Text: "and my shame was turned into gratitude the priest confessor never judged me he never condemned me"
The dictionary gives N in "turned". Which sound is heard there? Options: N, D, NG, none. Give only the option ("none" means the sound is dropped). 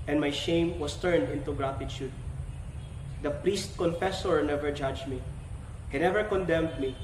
N